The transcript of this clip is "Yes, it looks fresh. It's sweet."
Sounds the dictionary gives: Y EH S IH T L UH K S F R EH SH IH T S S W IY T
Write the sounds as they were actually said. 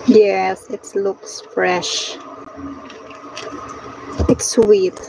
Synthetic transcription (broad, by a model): Y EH S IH T L UH K S F R EH SH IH T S S W IY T